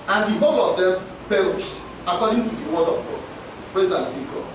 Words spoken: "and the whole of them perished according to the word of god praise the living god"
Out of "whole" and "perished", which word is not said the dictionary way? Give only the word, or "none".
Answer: none